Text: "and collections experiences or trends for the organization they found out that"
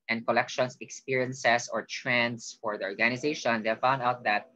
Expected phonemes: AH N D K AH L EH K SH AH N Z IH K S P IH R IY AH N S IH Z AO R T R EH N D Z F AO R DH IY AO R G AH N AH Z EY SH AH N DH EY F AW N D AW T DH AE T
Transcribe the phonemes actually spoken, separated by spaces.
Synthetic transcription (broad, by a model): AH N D K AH L EH K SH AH N S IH K S P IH R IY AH N S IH S AO R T R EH N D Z F AO R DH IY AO R G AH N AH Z EY SH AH N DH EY F AW N D AW T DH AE T